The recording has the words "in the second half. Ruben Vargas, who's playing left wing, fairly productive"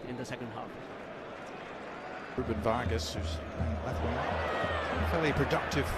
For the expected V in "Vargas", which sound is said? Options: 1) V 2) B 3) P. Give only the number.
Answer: 1